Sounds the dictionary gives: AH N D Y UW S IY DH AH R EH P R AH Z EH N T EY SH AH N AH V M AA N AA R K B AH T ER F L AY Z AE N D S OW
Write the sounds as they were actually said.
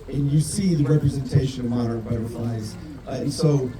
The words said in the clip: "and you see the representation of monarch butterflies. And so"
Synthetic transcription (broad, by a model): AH N Y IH S IY DH AH R EH P R AH Z EH N T EY SH AH N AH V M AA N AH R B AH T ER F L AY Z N S OW